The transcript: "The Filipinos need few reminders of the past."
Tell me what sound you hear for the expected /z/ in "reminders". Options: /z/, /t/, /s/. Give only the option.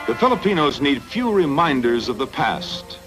/z/